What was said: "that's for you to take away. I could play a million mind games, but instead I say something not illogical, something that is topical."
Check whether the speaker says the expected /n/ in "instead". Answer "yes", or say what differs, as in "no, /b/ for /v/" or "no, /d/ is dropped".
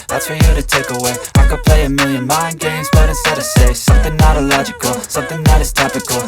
no, /n/ is dropped